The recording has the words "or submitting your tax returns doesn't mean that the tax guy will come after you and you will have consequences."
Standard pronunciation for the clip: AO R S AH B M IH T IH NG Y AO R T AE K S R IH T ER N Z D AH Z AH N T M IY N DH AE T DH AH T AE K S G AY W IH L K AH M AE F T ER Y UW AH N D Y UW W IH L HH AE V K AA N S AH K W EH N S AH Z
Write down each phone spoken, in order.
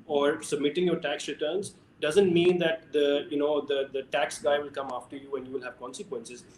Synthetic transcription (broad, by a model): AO R S AH B M IH T IH NG Y AO R T AE K S R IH T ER N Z D AH Z AH N T M IY N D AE T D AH T AE K S G AY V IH L K AH M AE F T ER Y UW AH N D Y UW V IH L HH AE V K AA N S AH K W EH N S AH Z